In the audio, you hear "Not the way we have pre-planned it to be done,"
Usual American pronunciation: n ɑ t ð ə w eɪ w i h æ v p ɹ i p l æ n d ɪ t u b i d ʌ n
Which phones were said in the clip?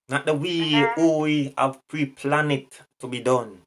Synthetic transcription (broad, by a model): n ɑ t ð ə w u w i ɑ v p ɹ i p l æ n ɪ t u b i d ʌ n